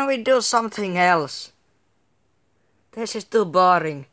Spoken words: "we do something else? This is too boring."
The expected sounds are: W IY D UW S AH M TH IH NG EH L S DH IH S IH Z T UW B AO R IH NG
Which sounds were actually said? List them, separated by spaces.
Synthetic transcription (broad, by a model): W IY D UW S AH M TH IH NG EH L S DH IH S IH S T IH B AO R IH NG